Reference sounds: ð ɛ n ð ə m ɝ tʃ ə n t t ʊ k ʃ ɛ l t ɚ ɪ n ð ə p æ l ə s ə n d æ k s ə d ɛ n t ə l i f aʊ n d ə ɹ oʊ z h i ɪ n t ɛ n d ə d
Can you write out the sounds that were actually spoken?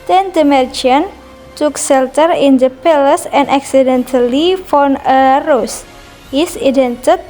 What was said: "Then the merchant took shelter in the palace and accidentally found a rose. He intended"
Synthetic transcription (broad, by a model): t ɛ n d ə m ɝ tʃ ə n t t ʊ k s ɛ l t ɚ ɪ n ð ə p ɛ l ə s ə n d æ k s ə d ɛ n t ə l i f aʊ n ə ɹ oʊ s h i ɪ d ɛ n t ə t